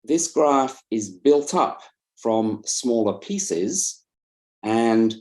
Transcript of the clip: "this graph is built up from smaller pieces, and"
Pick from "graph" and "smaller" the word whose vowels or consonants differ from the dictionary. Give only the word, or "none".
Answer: none